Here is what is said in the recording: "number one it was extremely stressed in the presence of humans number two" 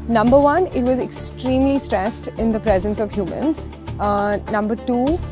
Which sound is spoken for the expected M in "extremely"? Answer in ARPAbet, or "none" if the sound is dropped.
M